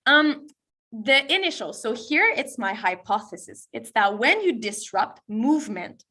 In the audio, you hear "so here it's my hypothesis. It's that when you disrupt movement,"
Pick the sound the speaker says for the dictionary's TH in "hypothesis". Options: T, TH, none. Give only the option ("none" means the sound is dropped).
TH